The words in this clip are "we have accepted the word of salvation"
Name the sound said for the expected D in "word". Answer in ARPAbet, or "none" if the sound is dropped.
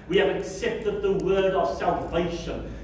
D